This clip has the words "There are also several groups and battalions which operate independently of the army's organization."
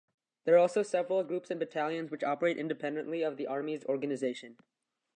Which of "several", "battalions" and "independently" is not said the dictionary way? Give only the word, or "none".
none